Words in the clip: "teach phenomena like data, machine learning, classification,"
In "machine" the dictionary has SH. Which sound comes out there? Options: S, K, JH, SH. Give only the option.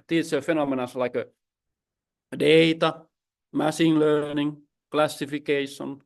S